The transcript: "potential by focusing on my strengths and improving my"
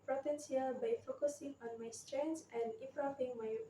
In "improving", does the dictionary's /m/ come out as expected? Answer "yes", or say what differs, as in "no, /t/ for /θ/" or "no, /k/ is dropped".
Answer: no, /m/ is dropped